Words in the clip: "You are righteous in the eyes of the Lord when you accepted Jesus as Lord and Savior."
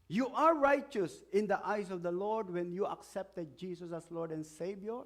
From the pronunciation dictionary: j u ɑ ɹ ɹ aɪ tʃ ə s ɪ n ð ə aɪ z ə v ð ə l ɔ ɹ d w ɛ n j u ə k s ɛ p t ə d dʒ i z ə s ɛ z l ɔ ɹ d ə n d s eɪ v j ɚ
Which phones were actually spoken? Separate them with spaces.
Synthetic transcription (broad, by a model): j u ɑ ɹ ɹ aɪ tʃ ə s ɪ n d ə aɪ s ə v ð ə l ɔ ɹ d w ɛ n j u ə k s ɛ p t ə d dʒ i s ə s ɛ s l ɔ ɹ d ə n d s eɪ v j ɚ